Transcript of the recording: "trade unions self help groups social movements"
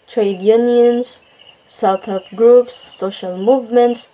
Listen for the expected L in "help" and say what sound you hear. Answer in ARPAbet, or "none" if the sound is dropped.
none